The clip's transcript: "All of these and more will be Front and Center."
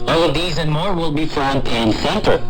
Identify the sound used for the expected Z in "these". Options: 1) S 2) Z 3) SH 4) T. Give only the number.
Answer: 2